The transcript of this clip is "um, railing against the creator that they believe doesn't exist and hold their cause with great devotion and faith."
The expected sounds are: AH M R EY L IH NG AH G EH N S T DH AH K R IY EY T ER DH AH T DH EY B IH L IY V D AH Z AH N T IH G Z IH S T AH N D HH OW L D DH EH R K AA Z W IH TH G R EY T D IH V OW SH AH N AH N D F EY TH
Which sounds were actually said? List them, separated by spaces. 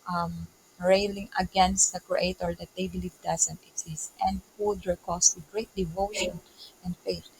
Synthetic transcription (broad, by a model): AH M R EY L IH NG AH G EH N S T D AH K R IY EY T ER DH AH T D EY B IH L IY V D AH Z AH N T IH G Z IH S T AH N D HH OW D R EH K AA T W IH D G R EY T D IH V OW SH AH N AH N D F EY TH